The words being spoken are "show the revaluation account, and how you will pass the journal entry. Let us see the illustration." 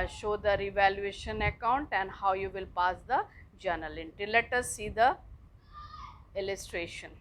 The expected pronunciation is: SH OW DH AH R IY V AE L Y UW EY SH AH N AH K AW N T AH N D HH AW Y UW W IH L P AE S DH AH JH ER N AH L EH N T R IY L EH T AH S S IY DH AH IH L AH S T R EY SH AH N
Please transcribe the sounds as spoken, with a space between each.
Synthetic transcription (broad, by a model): SH OW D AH R IY V AE L Y UW EY SH AH N AH K AW N T AH N D HH AW Y UW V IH L P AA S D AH JH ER N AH L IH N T IY L EH T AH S S IY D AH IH L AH S T R EY SH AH N